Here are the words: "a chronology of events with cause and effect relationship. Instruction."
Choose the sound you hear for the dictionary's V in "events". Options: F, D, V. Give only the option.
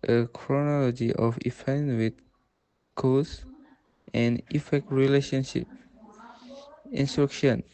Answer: F